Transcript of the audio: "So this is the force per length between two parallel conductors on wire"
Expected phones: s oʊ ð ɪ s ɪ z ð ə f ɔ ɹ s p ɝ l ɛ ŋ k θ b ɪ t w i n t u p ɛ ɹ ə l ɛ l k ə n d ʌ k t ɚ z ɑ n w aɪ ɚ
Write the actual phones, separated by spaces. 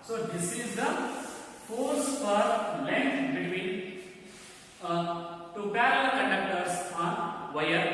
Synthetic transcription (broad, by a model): s oʊ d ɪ s ɪ z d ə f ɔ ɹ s f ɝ l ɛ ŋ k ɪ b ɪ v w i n t u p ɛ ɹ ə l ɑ k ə n d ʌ k t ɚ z ɑ n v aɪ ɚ